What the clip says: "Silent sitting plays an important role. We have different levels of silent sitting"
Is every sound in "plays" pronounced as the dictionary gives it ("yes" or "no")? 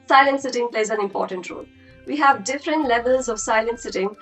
yes